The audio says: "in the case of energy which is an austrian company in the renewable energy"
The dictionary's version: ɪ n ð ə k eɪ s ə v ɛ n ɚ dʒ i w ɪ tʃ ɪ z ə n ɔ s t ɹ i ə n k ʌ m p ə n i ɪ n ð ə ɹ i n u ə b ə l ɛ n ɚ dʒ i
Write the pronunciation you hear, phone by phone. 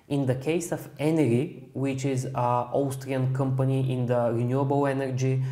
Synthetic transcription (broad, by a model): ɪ n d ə k eɪ s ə f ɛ n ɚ i w ɪ tʃ ɪ z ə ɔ s t ɹ i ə n k ʌ m p ə n i ɪ n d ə ɹ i n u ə b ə l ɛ n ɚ dʒ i